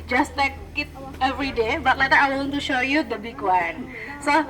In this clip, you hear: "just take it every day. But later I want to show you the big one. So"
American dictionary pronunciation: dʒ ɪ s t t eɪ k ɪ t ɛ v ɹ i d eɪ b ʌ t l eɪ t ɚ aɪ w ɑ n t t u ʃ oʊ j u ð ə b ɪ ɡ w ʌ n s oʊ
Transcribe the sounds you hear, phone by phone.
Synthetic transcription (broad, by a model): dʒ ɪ s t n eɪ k ɪ t ɛ v ɹ i d eɪ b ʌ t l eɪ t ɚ aɪ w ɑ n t t u ʃ oʊ j u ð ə b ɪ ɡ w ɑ n s oʊ